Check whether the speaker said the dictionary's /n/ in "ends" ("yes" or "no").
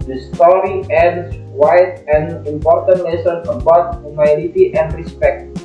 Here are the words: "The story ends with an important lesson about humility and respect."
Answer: no